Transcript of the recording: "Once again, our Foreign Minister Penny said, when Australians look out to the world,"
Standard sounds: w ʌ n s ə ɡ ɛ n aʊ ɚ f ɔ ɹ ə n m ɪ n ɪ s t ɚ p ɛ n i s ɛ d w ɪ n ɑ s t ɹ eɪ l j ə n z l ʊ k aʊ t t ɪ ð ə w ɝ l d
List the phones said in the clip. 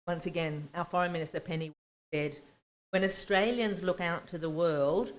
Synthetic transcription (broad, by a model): w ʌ n s ə ɡ ɛ n aʊ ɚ f ɔ ɹ ə n m ɪ n ɪ s t ɚ p ɛ n i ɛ d w ɪ n ɑ s t ɹ eɪ l j ə n z l ʊ k aʊ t t ɪ ð ə w ɝ l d